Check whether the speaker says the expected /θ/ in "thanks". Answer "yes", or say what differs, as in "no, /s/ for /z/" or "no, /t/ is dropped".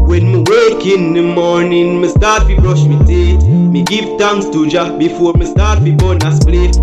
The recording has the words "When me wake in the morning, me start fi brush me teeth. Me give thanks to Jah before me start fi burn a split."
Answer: no, /t/ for /θ/